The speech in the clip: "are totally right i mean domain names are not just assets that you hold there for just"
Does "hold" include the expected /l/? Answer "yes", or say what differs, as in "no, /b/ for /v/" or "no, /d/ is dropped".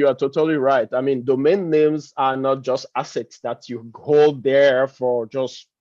no, /l/ is dropped